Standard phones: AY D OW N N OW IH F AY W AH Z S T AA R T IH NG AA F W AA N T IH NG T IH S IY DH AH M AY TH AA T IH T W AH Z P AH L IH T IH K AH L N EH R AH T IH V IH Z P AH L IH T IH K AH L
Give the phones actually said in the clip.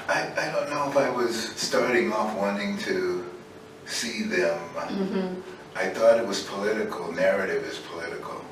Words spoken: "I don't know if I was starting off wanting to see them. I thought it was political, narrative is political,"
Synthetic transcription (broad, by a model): AY D OW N N OW IH F AY W AH Z S T AA R T IH NG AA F W AA N T IH NG T IH S IY DH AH M AY TH AA T IH T W AH Z P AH L IH T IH K L N EH R AH T IH V IH Z P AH L IH T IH K L